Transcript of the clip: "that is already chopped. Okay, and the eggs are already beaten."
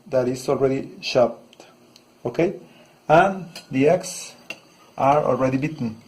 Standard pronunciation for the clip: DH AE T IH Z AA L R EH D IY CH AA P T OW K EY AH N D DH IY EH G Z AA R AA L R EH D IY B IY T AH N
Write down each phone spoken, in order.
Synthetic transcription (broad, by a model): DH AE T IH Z AA L R EH D IY SH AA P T OW K EY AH N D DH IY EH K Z AA R AA L R EH D IY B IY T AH N